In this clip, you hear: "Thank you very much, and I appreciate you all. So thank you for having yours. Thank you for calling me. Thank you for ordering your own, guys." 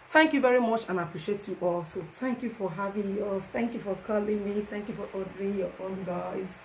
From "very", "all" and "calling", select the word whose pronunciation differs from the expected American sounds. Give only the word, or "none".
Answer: none